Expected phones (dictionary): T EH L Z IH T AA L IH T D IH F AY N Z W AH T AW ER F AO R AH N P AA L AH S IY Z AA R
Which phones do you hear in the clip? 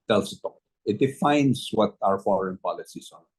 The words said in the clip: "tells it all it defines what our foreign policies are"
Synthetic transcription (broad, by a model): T EH L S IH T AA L IH T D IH F AY N S W AH T AW ER F AO R AH N P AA L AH S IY S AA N